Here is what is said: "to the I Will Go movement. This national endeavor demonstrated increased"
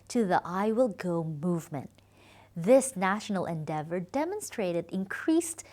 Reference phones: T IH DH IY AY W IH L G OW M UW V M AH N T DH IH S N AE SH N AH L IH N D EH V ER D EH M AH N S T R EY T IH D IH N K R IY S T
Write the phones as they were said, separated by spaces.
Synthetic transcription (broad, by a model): T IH DH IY AY W IH L G OW M UW V M AH N T DH IH S N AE SH N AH L IH N D EH V ER D EH M AH N S T R EY T IH D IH N K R IY S T